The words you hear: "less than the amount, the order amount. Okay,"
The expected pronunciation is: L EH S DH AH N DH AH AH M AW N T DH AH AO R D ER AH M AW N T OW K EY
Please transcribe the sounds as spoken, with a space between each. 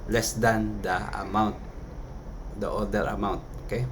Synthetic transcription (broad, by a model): L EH S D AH N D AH AH M AW N T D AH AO L D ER AH M AW N T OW K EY